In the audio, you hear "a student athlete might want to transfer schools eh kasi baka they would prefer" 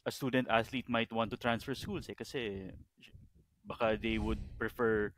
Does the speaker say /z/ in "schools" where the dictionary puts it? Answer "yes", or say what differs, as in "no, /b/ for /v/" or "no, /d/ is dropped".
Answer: no, /s/ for /z/